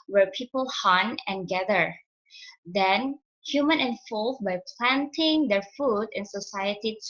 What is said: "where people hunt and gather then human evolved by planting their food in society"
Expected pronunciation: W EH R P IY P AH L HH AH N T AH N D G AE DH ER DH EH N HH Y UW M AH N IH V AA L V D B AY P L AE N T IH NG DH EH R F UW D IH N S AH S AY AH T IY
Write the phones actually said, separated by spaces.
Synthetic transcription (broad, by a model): W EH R P IY P AH L HH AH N AH N G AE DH ER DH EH N HH Y UW M AH N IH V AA L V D B AY P L AE N T IH NG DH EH R F UW D IH N S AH S AY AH T IY